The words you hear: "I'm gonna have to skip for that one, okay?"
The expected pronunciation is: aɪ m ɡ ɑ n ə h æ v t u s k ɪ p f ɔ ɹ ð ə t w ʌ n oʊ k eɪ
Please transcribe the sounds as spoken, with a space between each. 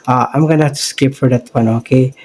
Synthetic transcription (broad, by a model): aɪ m ɡ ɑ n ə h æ f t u s k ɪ p f ɔ ɹ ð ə t w ʌ n oʊ k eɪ